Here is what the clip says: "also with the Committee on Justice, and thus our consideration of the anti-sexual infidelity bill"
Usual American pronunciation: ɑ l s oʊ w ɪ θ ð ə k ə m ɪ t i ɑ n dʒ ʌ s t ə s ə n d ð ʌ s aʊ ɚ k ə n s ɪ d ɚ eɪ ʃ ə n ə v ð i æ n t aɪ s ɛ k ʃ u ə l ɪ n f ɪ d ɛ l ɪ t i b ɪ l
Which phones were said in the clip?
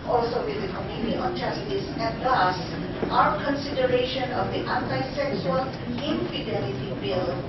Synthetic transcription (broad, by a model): ɑ l s oʊ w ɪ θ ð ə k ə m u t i ɑ n tʃ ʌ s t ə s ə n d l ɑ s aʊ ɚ k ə n s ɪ d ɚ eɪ ʃ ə n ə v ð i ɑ n t aɪ s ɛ k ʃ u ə l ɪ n f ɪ d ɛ l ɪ t i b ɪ l